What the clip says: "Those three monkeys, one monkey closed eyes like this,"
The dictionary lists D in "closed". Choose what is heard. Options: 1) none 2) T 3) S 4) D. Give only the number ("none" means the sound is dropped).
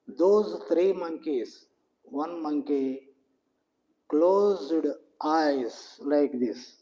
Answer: 4